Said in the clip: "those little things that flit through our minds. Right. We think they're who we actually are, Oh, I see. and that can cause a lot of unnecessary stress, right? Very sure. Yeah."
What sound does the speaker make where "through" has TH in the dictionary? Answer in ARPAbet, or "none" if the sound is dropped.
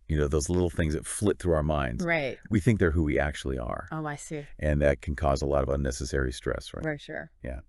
TH